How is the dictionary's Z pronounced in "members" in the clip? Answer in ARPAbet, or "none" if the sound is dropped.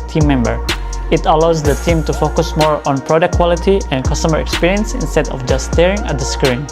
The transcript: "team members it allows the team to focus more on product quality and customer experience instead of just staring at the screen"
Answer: none